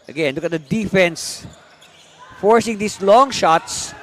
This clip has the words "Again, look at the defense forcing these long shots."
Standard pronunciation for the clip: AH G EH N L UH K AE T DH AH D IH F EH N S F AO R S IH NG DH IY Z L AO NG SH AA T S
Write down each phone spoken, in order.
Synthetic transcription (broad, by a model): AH G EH N L UH K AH T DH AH D IH F EH N S F AO R S IH NG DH IY S L AO NG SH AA T S